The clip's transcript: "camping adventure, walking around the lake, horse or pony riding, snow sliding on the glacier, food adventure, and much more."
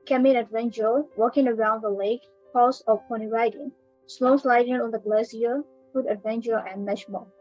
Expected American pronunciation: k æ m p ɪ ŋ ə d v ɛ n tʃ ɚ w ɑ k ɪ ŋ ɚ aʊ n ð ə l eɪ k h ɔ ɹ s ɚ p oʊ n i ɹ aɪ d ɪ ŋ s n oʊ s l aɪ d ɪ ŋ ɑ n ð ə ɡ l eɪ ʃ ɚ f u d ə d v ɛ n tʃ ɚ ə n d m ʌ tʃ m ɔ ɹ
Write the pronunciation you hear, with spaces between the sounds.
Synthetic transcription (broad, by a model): k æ m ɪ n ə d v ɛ n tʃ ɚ w ɑ k ɪ ŋ ɚ aʊ n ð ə l eɪ k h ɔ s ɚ p oʊ n i ɹ aɪ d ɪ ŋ s l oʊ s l aɪ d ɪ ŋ ɑ n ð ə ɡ l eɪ s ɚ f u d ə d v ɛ n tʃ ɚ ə n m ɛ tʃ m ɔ